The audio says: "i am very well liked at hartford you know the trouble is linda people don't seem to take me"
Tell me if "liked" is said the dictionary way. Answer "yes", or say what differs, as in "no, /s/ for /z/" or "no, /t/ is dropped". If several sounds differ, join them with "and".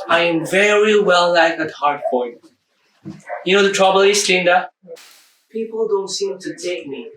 no, /t/ is dropped